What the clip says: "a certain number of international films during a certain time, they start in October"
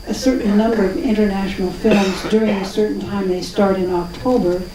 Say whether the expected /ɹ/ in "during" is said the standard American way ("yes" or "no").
yes